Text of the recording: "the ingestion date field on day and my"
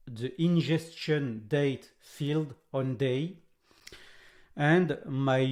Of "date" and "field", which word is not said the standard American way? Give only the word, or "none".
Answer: none